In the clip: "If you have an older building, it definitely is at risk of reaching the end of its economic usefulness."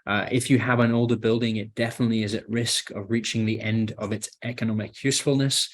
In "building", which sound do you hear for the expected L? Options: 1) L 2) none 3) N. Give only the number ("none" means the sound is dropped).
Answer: 1